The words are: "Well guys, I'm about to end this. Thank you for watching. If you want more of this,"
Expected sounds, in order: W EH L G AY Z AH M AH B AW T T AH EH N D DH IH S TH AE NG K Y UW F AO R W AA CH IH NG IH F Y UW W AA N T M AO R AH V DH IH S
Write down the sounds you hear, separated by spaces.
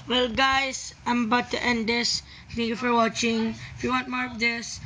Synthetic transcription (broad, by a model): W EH L G AY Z AH M B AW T T EH N D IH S T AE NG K Y UW F AO R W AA CH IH NG IH F Y UW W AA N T M AO R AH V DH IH S